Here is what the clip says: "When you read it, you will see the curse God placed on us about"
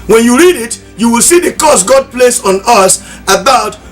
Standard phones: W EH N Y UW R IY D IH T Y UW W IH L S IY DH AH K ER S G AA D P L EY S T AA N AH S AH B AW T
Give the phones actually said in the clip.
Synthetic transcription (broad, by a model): W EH N Y UW R IY D IH T Y UW W IH L S IY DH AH K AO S G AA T P L EY S AA N AH S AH B AW T